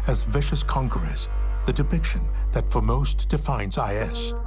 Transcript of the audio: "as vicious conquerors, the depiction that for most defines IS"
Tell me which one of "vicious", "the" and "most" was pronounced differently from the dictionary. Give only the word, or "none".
none